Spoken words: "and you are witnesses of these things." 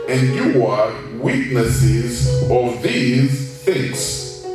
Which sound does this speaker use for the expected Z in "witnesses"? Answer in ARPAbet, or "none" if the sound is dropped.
Z